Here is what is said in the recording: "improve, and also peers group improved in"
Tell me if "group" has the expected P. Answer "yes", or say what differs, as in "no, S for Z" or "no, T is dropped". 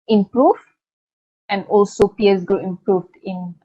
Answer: no, P is dropped